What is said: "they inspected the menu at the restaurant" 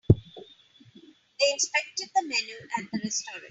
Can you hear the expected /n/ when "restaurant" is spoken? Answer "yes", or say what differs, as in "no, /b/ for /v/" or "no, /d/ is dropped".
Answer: no, /n/ is dropped